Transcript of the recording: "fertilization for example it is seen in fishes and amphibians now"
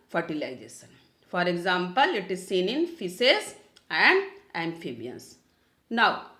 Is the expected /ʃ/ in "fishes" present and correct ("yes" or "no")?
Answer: no